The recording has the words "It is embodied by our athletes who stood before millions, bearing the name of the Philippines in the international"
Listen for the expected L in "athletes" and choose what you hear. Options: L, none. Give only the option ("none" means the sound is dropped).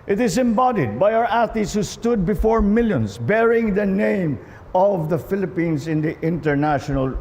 none